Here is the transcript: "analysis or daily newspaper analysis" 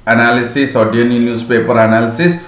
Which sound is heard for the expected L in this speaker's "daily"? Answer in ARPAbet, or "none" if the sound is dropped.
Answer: N